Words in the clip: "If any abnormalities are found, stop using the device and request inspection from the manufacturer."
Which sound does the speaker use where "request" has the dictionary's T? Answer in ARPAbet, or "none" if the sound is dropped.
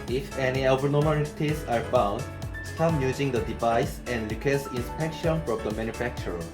none